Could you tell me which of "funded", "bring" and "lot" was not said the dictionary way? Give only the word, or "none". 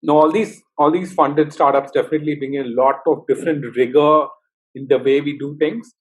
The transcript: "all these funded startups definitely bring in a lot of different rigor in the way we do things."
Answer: bring